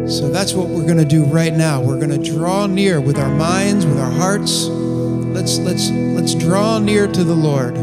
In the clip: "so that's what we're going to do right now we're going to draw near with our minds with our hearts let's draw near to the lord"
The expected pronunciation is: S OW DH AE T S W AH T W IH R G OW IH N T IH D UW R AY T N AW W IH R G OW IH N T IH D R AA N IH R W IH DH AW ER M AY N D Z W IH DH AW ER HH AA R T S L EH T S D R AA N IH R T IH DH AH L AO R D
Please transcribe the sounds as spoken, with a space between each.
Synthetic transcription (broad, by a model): S OW DH AE T S W AH T W IH R G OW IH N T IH D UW R AY T N AW W IH R G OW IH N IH D R AA N IH R W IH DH AW ER M AY N D Z W IH DH AW ER HH AA R T S L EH T S D R AA N IH R T IH DH AH L AO R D